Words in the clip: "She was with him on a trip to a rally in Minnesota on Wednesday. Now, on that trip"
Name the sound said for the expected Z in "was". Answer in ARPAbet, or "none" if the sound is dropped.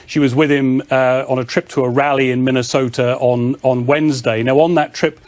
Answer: Z